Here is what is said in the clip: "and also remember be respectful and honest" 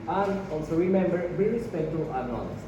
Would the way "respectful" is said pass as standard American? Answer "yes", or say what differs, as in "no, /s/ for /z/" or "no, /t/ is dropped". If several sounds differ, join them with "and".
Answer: no, /f/ is dropped